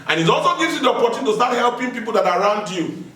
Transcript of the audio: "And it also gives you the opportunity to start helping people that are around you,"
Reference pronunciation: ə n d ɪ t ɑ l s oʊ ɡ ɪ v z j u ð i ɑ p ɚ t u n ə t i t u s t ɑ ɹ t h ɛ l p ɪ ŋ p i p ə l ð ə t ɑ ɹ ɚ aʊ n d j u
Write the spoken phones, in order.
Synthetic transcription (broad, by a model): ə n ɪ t ɑ l s oʊ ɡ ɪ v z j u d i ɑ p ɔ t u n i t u s t ɑ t h ɛ l p ɪ ŋ p i p ə l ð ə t ɑ ɹ aʊ n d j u